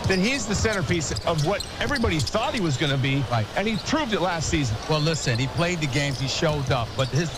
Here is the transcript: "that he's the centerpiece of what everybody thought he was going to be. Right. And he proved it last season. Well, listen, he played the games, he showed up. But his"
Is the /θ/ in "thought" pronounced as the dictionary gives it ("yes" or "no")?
yes